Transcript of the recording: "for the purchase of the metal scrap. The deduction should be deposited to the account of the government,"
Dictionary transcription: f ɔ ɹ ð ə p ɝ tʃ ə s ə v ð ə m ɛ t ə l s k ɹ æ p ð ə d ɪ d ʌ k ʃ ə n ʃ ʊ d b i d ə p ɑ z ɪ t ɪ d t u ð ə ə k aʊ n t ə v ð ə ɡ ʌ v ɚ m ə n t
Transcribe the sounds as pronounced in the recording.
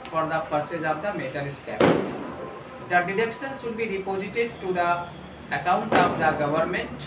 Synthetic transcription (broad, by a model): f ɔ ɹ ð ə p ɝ s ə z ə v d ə m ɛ t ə l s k æ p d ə d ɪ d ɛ k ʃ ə n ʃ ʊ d b i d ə p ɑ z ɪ t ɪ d t u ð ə ə k aʊ n t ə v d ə ɡ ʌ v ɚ m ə n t